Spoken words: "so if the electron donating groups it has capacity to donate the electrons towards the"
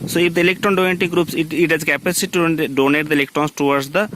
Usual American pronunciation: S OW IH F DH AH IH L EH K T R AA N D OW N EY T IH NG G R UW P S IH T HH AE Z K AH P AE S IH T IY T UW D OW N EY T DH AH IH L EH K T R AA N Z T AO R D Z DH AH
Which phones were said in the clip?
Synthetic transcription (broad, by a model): S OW IH F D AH IH L EH K T R AA N D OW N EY T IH G R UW P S IH T HH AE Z K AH P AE S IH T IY T UW D OW N EY T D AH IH L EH K T R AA N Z T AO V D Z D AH